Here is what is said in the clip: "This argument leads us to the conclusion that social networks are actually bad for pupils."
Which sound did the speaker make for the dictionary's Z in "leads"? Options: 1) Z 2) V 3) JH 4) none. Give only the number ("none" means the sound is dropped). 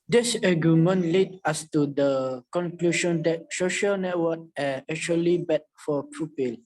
4